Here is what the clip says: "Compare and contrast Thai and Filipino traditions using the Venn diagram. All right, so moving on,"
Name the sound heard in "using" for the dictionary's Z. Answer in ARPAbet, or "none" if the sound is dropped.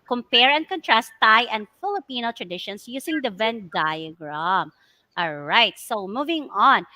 S